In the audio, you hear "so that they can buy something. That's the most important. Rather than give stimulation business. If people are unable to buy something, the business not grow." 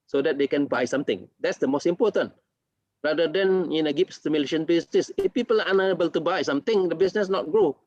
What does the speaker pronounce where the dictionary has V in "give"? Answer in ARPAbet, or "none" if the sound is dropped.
P